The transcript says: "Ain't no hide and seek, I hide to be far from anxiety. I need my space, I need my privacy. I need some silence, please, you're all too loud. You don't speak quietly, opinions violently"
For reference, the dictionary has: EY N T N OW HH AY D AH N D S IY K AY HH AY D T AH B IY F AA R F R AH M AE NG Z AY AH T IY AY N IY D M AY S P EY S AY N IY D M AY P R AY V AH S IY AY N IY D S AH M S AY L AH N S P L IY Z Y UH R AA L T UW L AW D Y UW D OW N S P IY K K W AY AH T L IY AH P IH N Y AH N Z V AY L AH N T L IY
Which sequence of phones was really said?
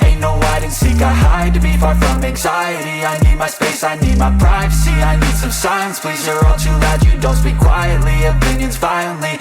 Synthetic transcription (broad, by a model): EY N N OW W AY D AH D S IY K AY HH AY D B IY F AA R F R AH M AE NG Z AY AH T IY AY N IY D M AY S P EY S AY N IY D M AY P R AY V AH S IY AY N IY D S AH M S AY AH N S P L IY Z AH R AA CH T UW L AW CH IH D OW N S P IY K K W AY AH T L IY AH P IH N Y AH N Z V AY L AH N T L IY